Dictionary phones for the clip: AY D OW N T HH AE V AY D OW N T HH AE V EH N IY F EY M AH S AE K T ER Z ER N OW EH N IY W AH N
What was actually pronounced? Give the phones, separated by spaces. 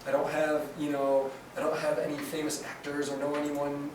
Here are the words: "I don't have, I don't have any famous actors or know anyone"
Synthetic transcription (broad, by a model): AY D OW N T HH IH V AY D OW N T HH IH V EH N IY F EY M AH S AE K T ER Z ER N OW EH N IY W AH N